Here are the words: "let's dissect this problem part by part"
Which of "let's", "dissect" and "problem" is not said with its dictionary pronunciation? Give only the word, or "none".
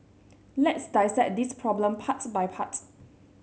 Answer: dissect